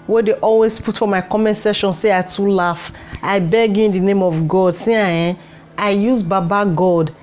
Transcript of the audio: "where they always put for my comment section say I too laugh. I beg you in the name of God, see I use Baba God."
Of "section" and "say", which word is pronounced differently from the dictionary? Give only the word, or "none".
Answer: section